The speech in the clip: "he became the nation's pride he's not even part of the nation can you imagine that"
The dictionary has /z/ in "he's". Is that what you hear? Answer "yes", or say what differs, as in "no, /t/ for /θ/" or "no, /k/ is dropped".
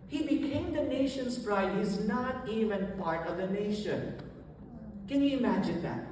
yes